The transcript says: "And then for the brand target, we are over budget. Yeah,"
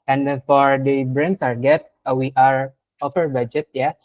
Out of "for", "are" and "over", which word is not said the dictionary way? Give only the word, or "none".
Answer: over